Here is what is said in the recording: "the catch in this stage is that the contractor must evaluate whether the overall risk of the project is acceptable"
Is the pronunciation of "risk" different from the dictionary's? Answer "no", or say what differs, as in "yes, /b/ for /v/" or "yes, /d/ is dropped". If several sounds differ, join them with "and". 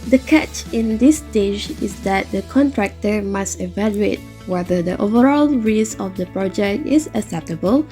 yes, /k/ is dropped